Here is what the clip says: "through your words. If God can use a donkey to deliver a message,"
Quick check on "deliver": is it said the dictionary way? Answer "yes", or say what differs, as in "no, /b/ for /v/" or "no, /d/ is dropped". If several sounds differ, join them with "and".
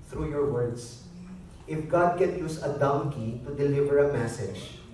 yes